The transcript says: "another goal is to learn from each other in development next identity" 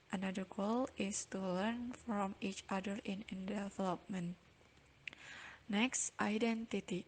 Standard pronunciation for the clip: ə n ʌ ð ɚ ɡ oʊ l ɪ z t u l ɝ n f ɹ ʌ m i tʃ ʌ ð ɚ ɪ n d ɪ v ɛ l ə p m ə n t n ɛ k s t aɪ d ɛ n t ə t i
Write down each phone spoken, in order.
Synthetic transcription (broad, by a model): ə n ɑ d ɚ ɡ oʊ l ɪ s t u l ɝ n f ɹ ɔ m i tʃ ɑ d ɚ ɪ n d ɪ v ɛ l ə p m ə n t n ɛ k s t aɪ d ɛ n t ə t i